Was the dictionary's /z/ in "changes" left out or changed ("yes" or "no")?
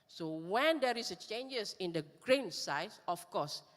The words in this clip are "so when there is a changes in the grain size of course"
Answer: yes